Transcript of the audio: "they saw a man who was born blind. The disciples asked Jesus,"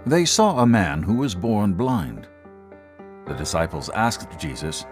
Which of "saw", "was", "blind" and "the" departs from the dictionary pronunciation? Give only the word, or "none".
none